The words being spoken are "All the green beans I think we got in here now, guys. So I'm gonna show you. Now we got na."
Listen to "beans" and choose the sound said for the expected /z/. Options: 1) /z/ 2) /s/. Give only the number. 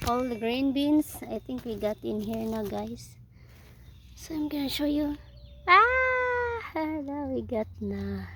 2